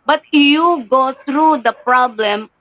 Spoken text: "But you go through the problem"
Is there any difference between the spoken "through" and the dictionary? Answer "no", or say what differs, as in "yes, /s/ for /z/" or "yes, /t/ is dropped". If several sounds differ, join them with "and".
yes, /t/ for /θ/